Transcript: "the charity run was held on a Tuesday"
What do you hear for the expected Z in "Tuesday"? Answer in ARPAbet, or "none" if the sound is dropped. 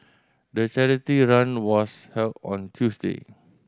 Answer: S